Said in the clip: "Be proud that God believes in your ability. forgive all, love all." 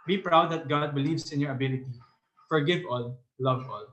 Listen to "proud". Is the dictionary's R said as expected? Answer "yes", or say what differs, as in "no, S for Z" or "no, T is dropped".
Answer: yes